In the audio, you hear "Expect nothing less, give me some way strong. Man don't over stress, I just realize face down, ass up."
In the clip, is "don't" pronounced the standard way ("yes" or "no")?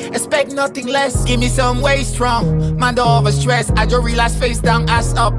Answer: no